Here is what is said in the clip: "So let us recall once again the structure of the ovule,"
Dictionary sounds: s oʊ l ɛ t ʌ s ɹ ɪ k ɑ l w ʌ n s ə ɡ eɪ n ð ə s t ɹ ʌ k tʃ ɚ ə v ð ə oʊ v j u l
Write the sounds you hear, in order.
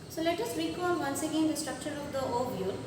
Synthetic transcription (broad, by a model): s oʊ l ɛ t ʌ s ɹ ɪ k ɑ l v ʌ n s ə ɡ eɪ n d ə s t ɹ ʌ k tʃ ɚ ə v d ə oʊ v j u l